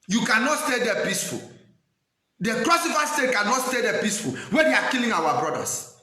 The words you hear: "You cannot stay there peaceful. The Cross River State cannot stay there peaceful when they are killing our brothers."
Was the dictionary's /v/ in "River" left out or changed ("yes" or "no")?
yes